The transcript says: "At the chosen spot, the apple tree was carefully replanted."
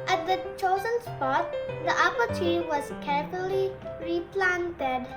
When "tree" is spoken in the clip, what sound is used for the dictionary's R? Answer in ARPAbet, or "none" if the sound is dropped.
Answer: none